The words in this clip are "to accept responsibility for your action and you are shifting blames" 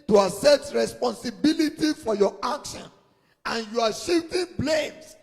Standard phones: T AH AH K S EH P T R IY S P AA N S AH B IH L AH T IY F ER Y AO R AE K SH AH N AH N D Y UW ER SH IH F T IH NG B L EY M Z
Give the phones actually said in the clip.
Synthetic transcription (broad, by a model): T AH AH S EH T R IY S P AA N S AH B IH L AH T IY F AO Y AO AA K SH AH N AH N Y UW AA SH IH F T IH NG B L EY M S